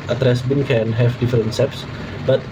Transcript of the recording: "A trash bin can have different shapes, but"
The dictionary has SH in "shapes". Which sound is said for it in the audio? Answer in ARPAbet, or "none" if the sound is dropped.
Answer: S